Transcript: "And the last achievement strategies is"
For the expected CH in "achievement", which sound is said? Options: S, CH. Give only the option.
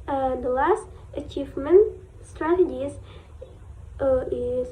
CH